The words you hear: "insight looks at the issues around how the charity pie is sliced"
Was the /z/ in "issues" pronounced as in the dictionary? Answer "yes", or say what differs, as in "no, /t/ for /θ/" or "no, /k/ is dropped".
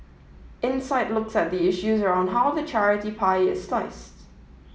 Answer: yes